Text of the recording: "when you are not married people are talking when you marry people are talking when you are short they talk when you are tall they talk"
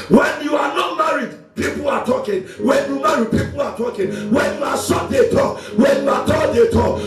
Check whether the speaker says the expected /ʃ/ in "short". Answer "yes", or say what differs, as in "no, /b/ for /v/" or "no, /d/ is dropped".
no, /s/ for /ʃ/